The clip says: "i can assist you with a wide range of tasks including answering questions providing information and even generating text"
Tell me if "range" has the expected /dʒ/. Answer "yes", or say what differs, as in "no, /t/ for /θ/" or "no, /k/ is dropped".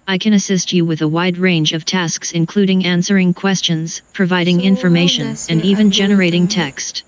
yes